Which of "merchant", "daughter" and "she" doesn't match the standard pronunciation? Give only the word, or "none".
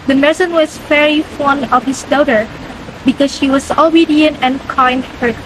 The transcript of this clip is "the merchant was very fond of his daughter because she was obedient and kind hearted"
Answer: merchant